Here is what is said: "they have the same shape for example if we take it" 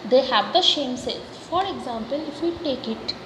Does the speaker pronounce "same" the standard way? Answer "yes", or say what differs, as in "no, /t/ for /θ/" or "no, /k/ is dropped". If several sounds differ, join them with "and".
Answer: no, /ʃ/ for /s/